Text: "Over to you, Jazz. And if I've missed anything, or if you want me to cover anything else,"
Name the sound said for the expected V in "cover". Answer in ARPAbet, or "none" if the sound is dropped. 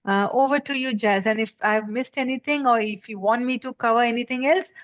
V